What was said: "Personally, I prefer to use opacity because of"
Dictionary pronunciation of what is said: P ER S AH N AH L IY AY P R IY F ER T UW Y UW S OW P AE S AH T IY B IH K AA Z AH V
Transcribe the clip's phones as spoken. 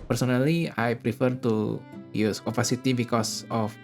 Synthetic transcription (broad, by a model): P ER S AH N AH L IY AY P R IY F ER T UW Y UW S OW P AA S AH T IY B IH K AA S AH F